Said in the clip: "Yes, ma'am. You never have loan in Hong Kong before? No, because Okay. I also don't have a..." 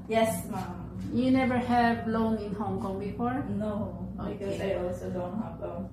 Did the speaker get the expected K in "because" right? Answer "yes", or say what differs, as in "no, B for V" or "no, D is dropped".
no, K is dropped